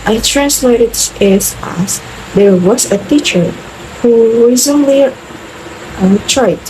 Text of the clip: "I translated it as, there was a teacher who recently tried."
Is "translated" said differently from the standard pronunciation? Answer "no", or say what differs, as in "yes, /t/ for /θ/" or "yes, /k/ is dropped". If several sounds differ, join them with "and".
no